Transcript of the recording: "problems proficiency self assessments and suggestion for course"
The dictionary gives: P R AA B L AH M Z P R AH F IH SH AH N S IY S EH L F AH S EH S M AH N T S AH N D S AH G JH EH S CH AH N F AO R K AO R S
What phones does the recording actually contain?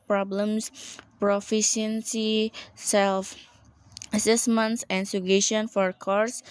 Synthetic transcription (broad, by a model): P R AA B L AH M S P R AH F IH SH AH N S IY S EH L F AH S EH S M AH N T S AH N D S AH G EH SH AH N F AO R K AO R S